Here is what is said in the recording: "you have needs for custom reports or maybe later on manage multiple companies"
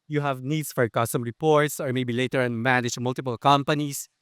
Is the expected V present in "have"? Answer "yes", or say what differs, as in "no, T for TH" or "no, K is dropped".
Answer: yes